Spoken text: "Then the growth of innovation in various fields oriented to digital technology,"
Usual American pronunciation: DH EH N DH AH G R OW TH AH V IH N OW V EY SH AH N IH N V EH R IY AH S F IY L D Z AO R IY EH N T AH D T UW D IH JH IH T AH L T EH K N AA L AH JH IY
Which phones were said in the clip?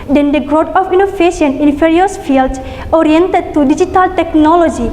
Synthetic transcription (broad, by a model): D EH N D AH G R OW T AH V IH N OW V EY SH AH N IH N F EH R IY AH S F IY L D S AO R IY EH N T AH D T UW D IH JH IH T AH L T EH K N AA L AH JH IY